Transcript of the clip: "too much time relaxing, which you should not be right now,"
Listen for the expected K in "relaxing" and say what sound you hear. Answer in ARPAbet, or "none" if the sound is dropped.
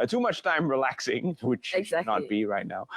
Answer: K